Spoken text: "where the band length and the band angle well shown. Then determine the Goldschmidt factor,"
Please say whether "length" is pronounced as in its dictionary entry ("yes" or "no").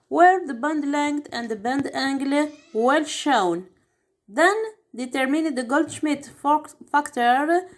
no